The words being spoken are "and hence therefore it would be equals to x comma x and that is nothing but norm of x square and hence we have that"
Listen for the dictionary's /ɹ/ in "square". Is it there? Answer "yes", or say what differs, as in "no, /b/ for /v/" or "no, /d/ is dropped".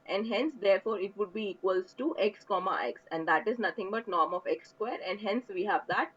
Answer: yes